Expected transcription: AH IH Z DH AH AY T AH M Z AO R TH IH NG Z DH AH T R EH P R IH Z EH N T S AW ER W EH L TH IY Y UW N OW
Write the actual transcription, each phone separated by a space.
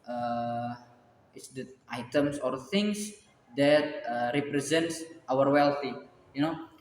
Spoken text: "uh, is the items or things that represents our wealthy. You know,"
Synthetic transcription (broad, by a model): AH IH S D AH AY T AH M S AO R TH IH NG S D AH T R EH P R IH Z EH N T S AW ER W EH L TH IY Y UW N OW